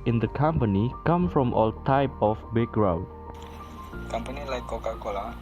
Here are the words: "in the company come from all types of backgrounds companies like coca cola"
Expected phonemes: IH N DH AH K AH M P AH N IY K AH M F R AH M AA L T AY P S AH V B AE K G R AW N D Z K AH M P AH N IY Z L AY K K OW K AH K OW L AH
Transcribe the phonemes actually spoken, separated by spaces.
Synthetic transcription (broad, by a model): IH N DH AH K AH M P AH N IY K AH M F R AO M AA L T AY P AH F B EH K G R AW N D K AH M P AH N IY L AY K K OW K AH K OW L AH